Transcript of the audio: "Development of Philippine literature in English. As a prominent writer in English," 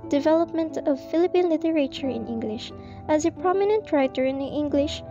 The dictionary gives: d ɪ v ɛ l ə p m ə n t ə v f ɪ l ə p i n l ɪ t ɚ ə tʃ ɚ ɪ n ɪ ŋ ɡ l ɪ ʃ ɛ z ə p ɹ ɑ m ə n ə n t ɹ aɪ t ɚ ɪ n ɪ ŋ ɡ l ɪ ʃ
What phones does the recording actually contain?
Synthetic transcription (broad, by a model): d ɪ v ɛ l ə p m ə n t ə v f ɪ l ə p i n l ɪ t ɚ ə tʃ ɚ ɪ n ɪ ŋ ɡ l ɪ ʃ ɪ z ə p ɹ ɑ m ə n ə n t ɹ aɪ t ɚ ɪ n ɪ ŋ ɡ l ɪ ʃ